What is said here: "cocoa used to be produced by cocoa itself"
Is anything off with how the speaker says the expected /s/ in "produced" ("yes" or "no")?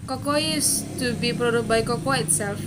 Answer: yes